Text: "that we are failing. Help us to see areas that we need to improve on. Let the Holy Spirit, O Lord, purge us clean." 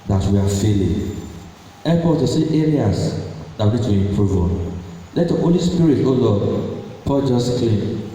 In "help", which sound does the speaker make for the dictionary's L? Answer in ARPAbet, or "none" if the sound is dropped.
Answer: none